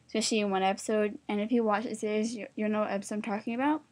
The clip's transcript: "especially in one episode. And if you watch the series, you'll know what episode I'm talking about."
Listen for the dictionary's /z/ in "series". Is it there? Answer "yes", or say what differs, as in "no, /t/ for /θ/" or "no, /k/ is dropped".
no, /z/ is dropped